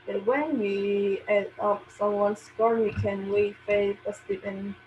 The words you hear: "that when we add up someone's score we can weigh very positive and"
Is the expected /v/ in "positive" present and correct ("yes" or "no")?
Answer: no